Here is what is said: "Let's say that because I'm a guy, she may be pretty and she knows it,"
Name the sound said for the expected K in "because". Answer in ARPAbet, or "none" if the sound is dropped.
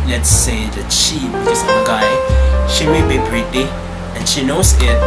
none